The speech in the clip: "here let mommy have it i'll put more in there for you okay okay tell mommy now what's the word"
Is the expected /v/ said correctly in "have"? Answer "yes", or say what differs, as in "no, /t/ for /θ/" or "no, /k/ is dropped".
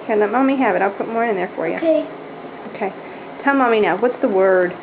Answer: yes